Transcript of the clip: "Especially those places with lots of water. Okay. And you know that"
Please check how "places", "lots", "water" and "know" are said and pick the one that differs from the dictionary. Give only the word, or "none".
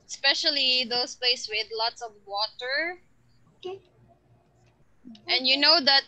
places